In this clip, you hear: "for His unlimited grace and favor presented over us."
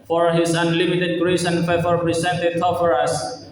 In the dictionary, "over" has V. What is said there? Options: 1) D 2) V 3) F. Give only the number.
3